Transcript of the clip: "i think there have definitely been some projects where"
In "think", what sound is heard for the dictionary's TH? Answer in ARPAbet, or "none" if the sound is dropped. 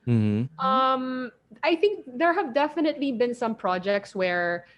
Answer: TH